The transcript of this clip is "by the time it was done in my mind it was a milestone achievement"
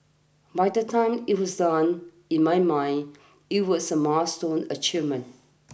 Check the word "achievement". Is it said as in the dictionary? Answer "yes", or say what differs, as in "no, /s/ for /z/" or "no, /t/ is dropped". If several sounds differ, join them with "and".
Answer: no, /v/ is dropped and /t/ is dropped